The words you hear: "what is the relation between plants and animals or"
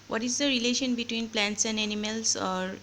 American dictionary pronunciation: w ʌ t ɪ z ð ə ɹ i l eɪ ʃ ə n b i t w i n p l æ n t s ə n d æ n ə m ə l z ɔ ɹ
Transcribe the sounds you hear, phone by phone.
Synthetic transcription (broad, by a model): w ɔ t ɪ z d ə ɹ i l eɪ ʃ ə n b i t w i n p l æ n t s ə n d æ n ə m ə l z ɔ ɹ